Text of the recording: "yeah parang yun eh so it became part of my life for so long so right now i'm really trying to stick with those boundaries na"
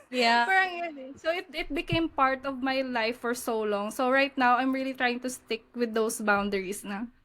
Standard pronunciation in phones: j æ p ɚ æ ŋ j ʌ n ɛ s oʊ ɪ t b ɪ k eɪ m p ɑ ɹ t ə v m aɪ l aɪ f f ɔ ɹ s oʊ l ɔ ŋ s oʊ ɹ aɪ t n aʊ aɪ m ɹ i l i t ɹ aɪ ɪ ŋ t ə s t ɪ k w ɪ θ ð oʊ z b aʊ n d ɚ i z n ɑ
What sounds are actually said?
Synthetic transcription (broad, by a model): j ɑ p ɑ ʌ ŋ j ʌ n ɛ s oʊ ɪ t b ɪ k eɪ m p ɑ ɹ t ə v m aɪ l aɪ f f ɔ ɹ s oʊ l ɔ ŋ s oʊ ɹ aɪ t n aʊ aɪ m ɹ i l i t ɹ aɪ ɪ ŋ t ə s t ɪ k w ɪ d oʊ s b aʊ n d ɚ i s n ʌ